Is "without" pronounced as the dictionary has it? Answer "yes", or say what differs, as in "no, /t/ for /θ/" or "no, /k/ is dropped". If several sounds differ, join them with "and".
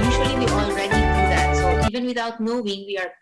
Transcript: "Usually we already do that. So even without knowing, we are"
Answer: no, /t/ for /θ/